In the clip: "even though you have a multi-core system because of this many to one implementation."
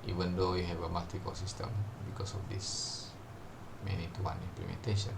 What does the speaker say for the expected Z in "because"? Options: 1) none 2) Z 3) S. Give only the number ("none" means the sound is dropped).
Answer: 3